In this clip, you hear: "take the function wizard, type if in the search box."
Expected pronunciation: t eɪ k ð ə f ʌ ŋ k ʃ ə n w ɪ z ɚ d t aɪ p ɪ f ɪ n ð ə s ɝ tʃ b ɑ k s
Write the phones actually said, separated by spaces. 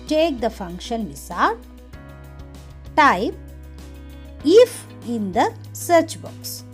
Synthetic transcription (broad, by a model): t eɪ k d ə f ʌ ŋ k ʃ ə n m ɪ s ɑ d t aɪ p ɪ f ɪ n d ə s ɝ tʃ b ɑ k s